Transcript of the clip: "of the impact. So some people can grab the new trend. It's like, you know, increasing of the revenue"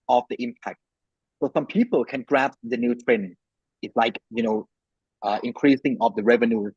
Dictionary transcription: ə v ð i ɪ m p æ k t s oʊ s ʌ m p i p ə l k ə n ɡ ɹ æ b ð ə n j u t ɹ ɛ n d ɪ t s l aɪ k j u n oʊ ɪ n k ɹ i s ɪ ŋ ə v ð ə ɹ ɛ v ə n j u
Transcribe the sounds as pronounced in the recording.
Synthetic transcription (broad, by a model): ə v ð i ɪ m p æ k t s oʊ s ʌ m p i p ə l k ə n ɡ ɹ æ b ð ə n j u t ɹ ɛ n ɪ t s l aɪ k j u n oʊ ɪ n k ɹ i s ɪ ŋ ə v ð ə ɹ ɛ v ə n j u